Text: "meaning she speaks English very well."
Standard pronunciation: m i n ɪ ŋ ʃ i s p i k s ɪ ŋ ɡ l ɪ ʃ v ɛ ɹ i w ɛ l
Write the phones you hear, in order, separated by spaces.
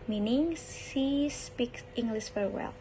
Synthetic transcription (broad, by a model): m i n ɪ ŋ s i s p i k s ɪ ŋ ɡ l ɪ s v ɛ ɹ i w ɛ l